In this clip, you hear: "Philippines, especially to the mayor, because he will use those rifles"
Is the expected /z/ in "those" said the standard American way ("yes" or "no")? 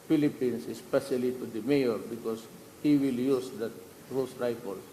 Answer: no